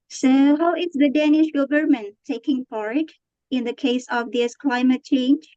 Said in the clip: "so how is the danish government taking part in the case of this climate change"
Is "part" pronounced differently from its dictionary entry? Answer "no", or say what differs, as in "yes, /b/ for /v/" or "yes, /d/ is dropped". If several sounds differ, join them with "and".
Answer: yes, /f/ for /p/